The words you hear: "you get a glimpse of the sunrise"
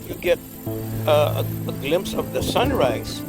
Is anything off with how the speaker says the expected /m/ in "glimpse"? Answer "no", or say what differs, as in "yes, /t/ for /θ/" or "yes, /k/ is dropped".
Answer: no